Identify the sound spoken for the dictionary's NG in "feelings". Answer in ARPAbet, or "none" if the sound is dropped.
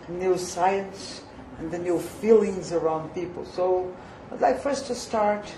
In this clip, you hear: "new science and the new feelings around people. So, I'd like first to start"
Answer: NG